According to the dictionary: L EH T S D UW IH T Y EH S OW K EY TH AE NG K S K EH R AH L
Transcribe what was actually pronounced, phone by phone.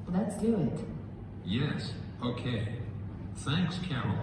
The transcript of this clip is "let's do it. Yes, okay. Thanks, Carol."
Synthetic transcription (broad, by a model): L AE T S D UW IH T Y EH S OW K EY TH AE NG K S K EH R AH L